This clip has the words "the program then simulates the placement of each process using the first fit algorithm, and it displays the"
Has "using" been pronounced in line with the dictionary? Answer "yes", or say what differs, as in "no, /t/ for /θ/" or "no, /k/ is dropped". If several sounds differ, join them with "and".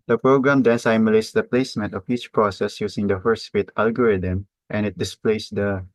no, /s/ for /z/